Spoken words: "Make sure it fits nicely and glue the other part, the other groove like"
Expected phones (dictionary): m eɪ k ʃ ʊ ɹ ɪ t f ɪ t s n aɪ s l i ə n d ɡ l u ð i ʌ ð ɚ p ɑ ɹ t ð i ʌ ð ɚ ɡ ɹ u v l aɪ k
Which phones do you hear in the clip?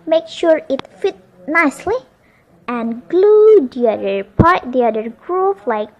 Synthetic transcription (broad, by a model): m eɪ k ʃ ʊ ɹ ɪ t f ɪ t n aɪ s l i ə n ɡ l u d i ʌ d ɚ p ɑ ɹ t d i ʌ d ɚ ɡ ɹ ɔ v l aɪ k